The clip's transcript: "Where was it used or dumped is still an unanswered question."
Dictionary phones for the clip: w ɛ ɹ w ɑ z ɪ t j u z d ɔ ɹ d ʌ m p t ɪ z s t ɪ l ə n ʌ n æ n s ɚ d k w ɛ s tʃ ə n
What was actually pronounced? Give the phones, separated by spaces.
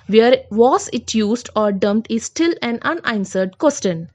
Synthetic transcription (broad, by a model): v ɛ ɹ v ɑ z ɪ t j u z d ɔ ɹ d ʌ m t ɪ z s t ɪ l ə n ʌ n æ n s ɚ d k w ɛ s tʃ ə n